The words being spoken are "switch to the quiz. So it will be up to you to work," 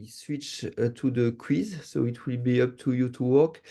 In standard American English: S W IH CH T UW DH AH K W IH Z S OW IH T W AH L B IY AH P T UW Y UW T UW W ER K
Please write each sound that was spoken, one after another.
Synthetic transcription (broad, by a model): S W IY CH T UW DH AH K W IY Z S OW IH T W AH L B IY AH P T UW Y UW T UW W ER K